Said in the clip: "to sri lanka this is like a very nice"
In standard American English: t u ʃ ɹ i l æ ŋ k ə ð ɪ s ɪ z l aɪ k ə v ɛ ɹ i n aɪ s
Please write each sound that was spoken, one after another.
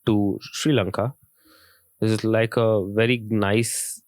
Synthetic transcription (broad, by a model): t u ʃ ɹ i l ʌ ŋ k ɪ ɪ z l aɪ k ə v ɛ ɹ i n aɪ s